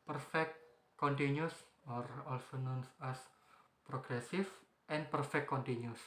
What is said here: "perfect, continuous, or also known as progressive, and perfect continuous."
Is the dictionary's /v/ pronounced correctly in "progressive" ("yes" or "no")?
no